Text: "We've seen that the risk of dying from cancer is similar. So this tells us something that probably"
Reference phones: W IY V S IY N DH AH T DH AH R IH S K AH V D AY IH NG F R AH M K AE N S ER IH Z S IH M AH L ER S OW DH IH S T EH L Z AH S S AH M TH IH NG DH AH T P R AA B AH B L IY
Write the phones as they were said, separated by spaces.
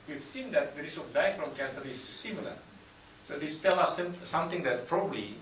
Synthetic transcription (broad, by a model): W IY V S IY N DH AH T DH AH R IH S AH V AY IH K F R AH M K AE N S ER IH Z S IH M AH L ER S OW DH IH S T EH L AH S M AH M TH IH NG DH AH T P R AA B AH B L IY